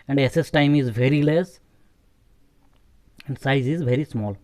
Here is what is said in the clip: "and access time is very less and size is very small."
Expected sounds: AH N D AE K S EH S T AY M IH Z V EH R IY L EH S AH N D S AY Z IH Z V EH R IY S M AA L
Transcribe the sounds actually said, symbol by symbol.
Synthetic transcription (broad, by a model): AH N D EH S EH S T AY M IH Z V EH R IY L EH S AH N D S AY Z IH Z V EH R IY S M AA L